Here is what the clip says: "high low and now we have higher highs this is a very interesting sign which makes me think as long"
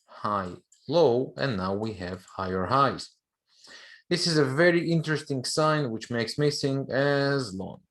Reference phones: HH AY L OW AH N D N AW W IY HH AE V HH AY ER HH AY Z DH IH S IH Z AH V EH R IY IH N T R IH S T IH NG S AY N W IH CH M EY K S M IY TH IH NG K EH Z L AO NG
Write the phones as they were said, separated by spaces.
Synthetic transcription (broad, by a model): HH AY L OW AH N N AW W IY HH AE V HH AY ER HH AY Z DH IH S IH Z AH V EH R IY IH N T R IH S T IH NG S AY N W IH CH M EY K S M IY S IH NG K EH Z L AO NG